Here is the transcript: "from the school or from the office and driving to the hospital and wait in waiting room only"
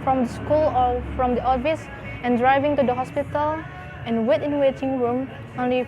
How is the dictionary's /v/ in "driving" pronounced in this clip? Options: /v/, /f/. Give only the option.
/v/